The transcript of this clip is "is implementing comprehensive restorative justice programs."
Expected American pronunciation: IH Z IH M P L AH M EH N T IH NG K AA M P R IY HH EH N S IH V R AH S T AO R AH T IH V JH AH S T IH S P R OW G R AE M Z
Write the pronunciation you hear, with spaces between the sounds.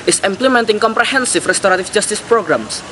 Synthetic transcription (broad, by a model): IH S IH M P L AH M EH N T IH NG K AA M P R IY HH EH N S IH F R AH S T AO R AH T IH F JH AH S T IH S P R OW G R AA M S